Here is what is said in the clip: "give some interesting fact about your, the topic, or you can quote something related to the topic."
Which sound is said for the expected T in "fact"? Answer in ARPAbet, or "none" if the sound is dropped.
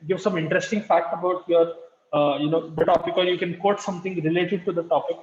T